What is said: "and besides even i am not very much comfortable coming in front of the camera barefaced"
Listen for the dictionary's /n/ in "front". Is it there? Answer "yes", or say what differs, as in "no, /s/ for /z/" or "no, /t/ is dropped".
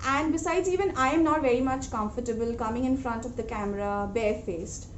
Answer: yes